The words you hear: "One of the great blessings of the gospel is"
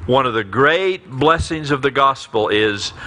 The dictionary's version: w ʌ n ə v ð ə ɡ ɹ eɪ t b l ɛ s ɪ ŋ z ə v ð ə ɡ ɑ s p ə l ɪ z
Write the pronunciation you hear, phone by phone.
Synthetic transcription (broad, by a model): w ʌ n ə v ð ə ɡ ɹ eɪ t b l ɛ s ɪ ŋ z ə v ð ə ɡ ɑ s p l ɪ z